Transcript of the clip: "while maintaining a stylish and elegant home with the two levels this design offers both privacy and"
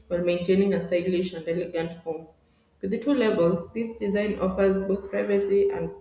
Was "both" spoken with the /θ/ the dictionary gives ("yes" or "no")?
yes